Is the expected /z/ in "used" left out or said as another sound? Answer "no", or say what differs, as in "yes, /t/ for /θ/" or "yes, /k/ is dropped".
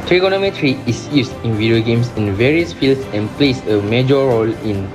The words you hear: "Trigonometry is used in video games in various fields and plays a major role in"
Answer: yes, /s/ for /z/